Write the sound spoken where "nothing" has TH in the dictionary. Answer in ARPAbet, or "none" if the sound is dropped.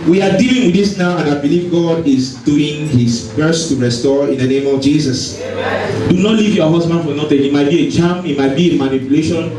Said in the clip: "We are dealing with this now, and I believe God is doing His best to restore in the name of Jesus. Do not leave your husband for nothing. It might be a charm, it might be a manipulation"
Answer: T